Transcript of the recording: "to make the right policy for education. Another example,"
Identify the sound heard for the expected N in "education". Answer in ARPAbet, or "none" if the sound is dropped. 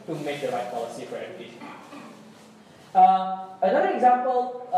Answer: none